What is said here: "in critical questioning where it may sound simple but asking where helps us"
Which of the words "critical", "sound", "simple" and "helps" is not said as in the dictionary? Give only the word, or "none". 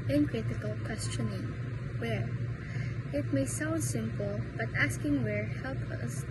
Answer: helps